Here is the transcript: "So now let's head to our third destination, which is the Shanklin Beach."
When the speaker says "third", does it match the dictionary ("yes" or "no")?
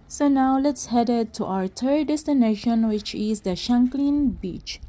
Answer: no